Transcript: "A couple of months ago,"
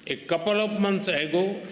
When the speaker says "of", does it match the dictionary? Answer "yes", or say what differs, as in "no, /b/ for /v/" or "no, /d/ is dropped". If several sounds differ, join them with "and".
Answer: no, /p/ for /v/